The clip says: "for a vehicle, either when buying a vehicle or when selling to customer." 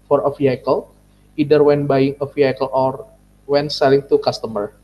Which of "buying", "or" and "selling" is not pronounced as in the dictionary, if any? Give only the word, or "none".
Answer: none